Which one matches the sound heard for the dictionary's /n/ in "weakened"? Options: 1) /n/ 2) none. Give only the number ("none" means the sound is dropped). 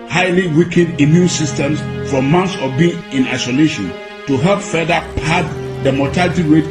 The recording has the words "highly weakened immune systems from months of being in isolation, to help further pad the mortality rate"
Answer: 2